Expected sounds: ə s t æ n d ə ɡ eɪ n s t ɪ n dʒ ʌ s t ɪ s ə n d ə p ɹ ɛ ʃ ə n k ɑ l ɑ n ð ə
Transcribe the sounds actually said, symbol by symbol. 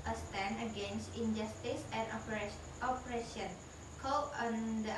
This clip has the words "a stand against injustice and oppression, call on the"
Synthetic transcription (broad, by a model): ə s t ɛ n ə ɡ eɪ n s t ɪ n dʒ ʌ s t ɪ s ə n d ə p ɹ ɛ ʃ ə n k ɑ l ɑ n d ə